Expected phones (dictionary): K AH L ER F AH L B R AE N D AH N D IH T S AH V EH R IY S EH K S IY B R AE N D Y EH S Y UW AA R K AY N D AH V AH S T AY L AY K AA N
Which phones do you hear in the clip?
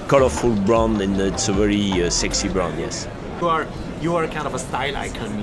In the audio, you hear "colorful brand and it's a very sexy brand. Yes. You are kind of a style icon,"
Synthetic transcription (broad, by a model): K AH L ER F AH L B R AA N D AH N IH T S AH V EH R IY S EH K S IY B R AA N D Y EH S Y UW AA R K AY N D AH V AH S T AY L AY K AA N